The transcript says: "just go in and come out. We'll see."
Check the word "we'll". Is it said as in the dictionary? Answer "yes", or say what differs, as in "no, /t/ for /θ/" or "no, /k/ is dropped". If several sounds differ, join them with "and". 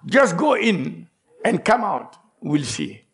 yes